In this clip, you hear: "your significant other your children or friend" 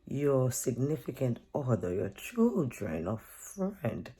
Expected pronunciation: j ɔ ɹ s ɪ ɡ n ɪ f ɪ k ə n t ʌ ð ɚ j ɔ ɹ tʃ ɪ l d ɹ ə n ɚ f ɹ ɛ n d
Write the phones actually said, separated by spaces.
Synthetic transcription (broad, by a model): j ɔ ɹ s ɪ ɡ n ɪ f ɪ k ə n t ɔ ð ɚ j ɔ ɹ tʃ ɪ l d ɹ ə n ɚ f ɹ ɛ n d